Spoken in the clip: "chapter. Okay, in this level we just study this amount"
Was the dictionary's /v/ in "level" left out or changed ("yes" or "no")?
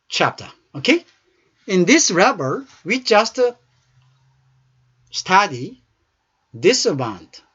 yes